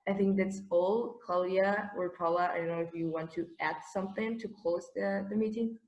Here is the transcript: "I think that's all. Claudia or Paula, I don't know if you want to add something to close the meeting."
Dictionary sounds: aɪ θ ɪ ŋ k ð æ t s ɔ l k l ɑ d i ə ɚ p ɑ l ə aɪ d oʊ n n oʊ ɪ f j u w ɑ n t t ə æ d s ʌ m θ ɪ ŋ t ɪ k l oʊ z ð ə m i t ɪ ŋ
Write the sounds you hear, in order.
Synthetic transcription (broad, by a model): aɪ θ ɪ ŋ k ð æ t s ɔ l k ɑ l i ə ɚ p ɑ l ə aɪ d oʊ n n oʊ ɪ f j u w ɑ n t t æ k s ʌ m θ ɪ ŋ t ɪ k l oʊ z ð ə m i t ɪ ŋ